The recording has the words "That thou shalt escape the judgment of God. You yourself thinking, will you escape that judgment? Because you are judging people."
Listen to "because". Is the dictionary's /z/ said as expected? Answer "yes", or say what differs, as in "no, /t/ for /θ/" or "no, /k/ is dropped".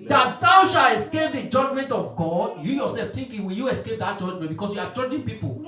no, /s/ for /z/